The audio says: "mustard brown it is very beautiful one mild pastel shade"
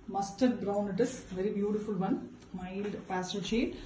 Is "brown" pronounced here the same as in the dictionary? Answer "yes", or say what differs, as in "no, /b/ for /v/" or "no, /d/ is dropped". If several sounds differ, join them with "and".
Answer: yes